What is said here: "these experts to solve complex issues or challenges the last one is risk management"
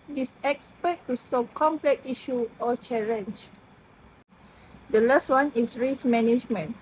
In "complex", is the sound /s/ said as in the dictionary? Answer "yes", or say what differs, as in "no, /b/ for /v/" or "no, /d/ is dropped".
no, /s/ is dropped